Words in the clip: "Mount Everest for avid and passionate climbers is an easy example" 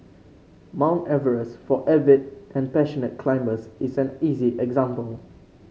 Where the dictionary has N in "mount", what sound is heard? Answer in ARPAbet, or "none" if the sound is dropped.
N